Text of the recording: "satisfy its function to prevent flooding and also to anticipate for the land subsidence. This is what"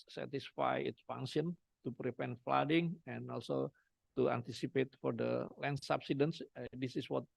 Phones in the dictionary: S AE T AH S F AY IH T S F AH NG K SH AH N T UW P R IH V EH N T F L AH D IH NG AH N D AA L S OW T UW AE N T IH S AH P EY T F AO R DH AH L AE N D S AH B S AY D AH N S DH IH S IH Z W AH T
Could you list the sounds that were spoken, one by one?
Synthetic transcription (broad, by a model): S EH T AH S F AY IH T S F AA NG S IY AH N T UW P R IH P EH N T F L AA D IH NG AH N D AA L S OW T UW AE N T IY S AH P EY T F AO R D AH L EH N S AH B S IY D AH N S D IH S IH S W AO T